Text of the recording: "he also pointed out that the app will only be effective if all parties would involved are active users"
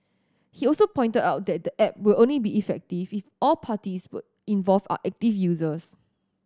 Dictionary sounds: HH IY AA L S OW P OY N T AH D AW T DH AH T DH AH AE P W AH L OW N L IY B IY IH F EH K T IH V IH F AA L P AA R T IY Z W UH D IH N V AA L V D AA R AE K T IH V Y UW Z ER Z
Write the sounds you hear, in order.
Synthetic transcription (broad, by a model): HH IY AA L S OW P OY N T AH D AW T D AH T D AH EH P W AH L OW N L IY B IY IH F EH K T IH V IH F AA L P AA T IY S W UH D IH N V AA L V AA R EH K T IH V Y UW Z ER S